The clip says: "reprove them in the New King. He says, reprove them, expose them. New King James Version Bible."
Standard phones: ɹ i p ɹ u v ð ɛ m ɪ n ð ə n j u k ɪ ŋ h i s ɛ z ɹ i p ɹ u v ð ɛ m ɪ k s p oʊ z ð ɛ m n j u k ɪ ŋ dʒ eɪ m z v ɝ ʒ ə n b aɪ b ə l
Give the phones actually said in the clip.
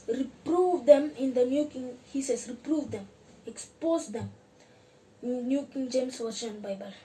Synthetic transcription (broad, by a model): ɹ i p ɹ u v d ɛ m ɪ n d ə n j u k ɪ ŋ h i s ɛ s ɹ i p ɹ u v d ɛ m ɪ k s p oʊ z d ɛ m n j u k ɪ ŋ dʒ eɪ m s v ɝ ʃ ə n b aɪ b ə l